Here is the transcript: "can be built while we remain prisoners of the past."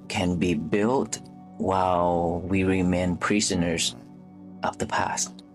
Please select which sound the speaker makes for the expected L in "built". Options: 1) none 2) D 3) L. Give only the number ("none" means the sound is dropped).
3